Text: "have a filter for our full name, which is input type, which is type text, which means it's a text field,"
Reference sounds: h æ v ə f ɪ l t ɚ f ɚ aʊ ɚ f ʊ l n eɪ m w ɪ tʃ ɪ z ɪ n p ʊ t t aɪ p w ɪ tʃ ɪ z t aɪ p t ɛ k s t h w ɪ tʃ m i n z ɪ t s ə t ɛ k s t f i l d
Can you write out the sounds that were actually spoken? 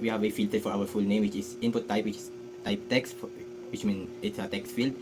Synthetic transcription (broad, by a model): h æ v ə f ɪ l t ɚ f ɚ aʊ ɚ f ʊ l n eɪ m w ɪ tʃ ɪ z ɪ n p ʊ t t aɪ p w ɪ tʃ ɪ s t aɪ p t ɛ k s t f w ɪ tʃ m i n ɪ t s ə t ɛ k s t f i l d